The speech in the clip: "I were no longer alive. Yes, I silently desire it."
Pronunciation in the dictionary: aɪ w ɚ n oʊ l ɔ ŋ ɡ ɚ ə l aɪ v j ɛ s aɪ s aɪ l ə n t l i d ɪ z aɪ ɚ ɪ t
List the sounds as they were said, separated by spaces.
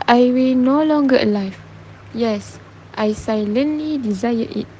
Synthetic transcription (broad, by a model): aɪ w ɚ n oʊ l ɔ ŋ ɡ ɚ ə l aɪ f j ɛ s aɪ s aɪ l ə n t l i d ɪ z aɪ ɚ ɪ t